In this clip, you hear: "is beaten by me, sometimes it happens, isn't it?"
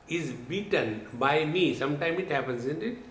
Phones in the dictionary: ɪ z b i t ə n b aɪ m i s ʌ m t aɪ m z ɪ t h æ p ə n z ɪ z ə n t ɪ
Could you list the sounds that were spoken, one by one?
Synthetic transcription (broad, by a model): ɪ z b i t ə n b aɪ m i s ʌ m t aɪ m ɪ t h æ p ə n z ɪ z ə n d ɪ